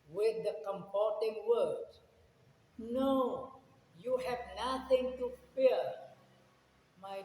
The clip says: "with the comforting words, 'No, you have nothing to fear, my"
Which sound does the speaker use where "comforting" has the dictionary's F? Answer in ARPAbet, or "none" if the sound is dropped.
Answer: P